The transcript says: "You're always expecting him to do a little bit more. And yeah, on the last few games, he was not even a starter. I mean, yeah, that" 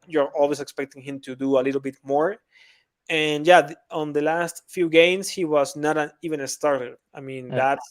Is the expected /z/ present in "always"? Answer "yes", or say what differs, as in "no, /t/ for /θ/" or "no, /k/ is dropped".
no, /s/ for /z/